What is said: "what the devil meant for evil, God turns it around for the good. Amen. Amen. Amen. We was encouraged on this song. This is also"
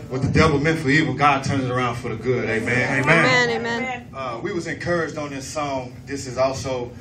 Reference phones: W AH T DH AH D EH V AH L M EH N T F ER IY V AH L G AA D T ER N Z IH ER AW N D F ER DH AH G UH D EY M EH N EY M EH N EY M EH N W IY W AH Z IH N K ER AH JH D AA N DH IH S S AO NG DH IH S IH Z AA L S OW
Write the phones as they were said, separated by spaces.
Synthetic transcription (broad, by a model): W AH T DH AH D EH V L M EH N T F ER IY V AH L G AA D T ER N Z ER AW N D F ER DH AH G UH D EY M EH N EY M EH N EY M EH N W IY W AH Z IH N K ER AH JH D N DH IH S S AO NG DH IH S IH Z AA L S OW